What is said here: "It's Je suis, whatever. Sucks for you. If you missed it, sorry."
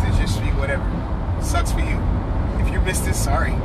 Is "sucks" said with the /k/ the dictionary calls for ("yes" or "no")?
no